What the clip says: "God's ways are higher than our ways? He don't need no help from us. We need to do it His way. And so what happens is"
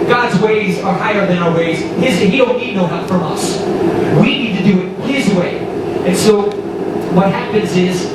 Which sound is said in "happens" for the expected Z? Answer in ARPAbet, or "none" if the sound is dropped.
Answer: Z